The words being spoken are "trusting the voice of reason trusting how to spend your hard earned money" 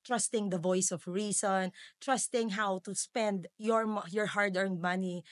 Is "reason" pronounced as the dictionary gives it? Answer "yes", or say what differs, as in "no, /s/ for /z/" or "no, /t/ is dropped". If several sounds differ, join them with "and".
no, /s/ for /z/